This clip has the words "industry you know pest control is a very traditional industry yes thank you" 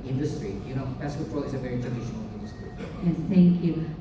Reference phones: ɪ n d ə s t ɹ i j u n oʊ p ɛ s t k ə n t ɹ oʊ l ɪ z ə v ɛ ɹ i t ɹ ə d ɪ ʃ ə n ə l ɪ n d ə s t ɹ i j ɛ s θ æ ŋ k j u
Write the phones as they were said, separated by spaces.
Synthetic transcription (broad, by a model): ɪ n d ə s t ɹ i j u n oʊ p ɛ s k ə t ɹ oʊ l ɪ z ə v ɛ ɹ i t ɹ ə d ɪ ʃ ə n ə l ɪ n d ə s t ɹ i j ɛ θ æ ŋ k j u